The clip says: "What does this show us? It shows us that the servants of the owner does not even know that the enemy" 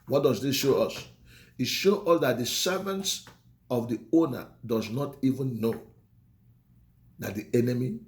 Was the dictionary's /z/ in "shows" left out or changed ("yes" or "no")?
yes